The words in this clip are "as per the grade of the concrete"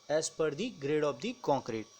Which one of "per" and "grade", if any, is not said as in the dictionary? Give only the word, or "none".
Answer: none